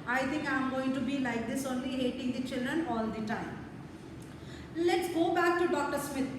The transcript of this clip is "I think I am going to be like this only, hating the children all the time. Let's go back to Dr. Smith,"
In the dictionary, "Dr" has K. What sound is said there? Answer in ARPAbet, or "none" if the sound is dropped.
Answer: K